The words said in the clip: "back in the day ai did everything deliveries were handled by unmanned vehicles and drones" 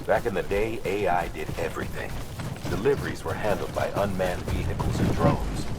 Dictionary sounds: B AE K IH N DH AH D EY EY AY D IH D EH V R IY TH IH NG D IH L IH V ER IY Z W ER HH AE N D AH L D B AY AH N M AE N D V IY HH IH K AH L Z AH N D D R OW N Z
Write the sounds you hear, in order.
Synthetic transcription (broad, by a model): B AE K IH N DH AH D EY EY AY D IH D EH V R IY TH IH NG D IH L IH V ER IY Z W ER HH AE N D L D B AY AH N M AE N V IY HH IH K L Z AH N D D R OW N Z